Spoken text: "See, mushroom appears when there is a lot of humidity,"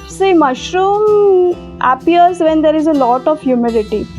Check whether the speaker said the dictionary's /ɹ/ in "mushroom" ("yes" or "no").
yes